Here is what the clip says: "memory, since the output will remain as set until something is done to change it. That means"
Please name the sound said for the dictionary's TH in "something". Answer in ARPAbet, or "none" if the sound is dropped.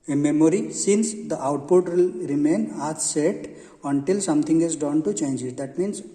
T